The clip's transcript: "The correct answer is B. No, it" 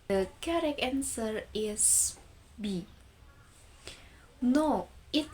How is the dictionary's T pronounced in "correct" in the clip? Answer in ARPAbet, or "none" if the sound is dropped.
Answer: none